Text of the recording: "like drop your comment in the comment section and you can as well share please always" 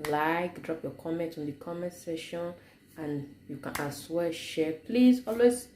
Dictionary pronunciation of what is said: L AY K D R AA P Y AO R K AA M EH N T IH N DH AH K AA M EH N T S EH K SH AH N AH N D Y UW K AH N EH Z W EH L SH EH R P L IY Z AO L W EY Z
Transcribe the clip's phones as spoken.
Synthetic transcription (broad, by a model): L AY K D R AA P Y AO K AA M EH N T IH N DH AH K AA M EH N T S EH SH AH N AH N Y UW K AH N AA S W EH SH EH P L IY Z AO L W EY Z